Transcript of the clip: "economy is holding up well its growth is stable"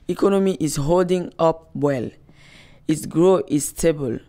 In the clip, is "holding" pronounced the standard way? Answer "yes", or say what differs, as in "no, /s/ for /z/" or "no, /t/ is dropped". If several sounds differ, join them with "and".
yes